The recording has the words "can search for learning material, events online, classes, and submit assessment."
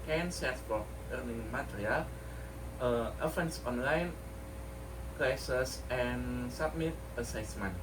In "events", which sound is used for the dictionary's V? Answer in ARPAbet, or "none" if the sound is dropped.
F